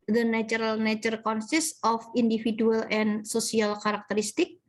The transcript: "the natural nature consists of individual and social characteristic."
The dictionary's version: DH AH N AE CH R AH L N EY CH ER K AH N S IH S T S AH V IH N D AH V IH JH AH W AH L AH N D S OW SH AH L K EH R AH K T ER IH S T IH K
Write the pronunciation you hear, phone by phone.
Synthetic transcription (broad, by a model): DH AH N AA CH R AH L N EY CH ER K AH N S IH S S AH F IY N D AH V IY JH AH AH L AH N S OW S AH L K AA R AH K T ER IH S T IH K